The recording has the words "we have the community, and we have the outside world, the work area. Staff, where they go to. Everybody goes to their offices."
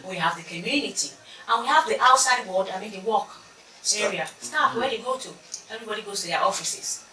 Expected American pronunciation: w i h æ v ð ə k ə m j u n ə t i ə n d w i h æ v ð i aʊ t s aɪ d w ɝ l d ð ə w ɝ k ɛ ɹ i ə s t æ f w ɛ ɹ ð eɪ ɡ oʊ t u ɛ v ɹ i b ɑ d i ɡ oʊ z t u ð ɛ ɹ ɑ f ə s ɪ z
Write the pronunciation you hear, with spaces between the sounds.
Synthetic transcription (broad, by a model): w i h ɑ v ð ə k ə m j u n ə t i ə n w i h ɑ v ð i aʊ t s aɪ d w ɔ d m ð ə w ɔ k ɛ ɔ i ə s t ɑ p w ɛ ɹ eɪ ɡ oʊ t u ɛ v ɹ i b ɑ d i ɡ oʊ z t u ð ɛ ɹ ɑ f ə s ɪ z